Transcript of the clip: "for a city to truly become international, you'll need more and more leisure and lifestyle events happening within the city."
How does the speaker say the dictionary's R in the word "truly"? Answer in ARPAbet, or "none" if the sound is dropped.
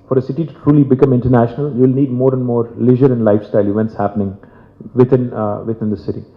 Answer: R